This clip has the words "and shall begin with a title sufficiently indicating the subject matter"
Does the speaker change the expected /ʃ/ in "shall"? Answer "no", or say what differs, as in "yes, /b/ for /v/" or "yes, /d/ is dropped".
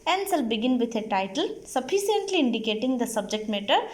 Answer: yes, /s/ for /ʃ/